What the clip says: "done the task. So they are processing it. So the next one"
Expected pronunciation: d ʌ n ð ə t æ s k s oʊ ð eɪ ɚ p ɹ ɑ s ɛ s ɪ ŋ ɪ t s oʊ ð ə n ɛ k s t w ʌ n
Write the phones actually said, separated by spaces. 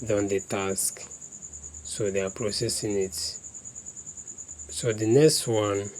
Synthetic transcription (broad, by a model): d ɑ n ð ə t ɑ s k s oʊ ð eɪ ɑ p ɹ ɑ s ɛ s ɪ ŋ ɪ t s oʊ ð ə n ɛ k s t w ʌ n